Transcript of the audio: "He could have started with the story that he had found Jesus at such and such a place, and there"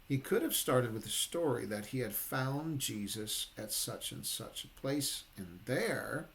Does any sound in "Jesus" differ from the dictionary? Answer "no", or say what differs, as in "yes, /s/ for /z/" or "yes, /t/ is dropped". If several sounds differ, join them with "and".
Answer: no